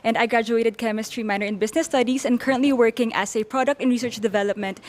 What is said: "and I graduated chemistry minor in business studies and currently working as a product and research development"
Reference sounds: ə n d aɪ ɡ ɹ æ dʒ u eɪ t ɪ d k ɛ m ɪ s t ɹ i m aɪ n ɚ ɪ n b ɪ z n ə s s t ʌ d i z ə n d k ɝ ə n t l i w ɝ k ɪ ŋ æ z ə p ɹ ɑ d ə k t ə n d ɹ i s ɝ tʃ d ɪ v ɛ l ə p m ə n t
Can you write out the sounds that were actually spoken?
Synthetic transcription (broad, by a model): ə n d aɪ ɡ ɹ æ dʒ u eɪ t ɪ d k ɛ m ɪ s t ɹ i m aɪ n ɚ ɪ n b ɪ s n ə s s t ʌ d i s ə n d k ɝ ə n t l i w ɝ k ɪ ŋ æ s ə p ɹ ɑ d ə k t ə n ɹ i s ɝ tʃ d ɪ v ɛ l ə p m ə n t